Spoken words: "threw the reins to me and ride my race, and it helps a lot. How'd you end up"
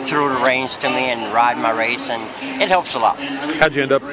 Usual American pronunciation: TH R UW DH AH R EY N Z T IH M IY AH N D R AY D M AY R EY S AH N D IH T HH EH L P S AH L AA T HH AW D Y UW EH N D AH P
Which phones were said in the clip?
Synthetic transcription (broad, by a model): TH R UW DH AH R EY N Z T IH M IY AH N R AY D M AY R EY S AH N IH T HH EH L P S AH L AA T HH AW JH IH EH N D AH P